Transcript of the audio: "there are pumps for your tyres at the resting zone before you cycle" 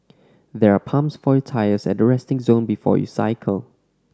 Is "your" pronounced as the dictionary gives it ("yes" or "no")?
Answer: no